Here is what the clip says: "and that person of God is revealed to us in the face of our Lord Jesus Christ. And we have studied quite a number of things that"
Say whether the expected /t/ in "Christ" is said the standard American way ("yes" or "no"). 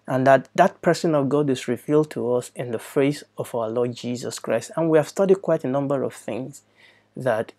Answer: yes